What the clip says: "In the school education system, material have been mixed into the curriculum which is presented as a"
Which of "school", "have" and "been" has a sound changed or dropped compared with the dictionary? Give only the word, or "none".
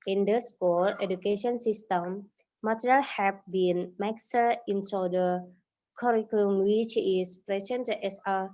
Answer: have